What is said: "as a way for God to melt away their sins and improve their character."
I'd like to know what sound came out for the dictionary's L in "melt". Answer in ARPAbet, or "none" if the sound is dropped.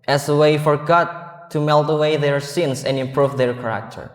L